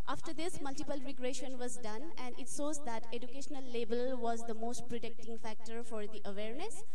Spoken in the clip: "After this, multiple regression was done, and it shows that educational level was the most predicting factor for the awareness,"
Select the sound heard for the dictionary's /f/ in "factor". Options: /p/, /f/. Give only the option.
/f/